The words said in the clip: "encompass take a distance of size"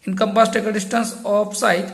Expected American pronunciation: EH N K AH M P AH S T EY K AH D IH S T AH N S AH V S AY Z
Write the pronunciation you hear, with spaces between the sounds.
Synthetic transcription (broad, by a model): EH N K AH M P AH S T EY K AH D IH S T AH N S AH P S AY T